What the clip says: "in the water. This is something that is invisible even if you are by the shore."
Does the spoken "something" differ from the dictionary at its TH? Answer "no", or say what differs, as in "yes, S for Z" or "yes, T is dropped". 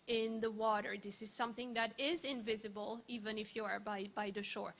no